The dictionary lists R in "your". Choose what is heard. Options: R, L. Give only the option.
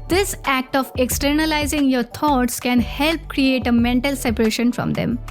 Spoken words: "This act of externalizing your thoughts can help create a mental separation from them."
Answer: R